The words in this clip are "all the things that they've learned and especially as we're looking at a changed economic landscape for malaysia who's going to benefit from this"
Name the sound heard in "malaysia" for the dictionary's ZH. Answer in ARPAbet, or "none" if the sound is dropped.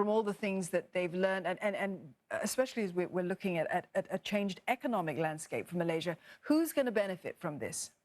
ZH